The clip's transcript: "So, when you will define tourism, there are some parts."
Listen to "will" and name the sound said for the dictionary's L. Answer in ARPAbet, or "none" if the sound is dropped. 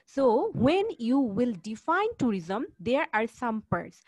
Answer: L